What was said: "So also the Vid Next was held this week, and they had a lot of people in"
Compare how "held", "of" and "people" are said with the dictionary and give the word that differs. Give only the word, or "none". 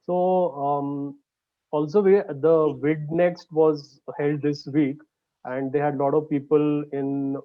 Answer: none